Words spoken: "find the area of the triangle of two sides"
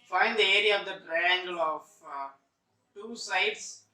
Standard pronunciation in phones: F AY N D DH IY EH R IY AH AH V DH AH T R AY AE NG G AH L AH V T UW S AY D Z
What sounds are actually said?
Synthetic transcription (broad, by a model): F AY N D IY EH R IY AH AH V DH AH T R AY AE NG G AH L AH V T UW S AY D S